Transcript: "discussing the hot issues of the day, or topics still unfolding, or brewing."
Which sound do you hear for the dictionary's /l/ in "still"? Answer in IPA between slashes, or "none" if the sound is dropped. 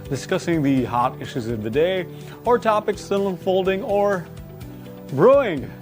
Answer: /n/